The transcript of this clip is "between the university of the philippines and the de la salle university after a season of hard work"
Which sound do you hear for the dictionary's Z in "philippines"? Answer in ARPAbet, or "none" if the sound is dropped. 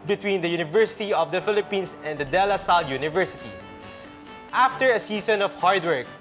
S